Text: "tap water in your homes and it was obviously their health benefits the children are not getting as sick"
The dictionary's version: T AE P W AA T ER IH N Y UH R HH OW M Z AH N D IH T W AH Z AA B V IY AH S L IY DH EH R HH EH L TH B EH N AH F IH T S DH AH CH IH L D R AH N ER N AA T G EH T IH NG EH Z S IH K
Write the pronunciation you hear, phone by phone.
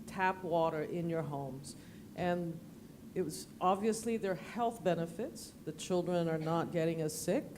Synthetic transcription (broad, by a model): T AE P W AA T ER IH N Y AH R HH OW M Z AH N IH T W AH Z AA B V IY AH S L IY DH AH R HH EH L TH B EH N AH F IH T S DH AH CH IH L D R AH N ER N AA T G EH T IH NG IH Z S IH K